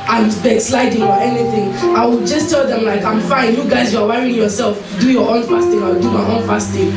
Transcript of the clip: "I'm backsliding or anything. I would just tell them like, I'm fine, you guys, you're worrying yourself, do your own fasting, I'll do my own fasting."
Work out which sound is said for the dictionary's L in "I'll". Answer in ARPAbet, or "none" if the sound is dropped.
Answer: W